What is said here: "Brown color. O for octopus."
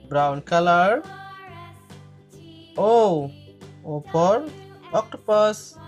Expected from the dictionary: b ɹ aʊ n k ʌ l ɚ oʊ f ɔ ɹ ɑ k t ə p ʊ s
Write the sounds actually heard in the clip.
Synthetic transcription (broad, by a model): b ɹ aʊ n k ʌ l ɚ oʊ p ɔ ɹ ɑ k t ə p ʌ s